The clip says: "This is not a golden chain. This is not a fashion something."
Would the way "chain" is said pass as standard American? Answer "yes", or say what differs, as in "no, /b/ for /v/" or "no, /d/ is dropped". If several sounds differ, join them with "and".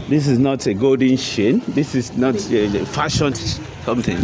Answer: no, /ʃ/ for /tʃ/